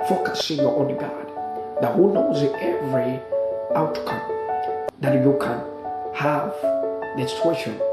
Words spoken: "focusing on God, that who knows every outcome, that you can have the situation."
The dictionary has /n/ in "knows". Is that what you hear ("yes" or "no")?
yes